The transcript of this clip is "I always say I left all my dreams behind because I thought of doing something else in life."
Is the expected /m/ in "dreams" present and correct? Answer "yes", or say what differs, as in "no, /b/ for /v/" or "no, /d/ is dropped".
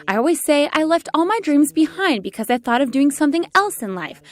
yes